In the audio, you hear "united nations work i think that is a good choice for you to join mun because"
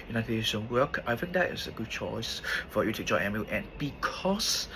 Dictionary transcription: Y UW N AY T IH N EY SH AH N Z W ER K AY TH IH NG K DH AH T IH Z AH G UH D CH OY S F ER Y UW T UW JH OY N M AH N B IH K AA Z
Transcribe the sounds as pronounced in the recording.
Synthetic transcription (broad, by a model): Y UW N AY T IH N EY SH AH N W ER K AY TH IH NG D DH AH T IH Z AH G UH D CH OY S F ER Y UW T UW JH OY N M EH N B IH K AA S